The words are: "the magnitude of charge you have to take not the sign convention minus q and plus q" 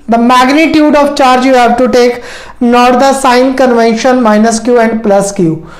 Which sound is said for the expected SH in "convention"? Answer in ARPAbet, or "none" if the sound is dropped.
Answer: SH